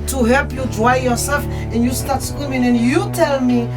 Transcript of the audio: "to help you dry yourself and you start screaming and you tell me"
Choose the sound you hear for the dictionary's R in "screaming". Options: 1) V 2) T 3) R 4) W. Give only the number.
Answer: 4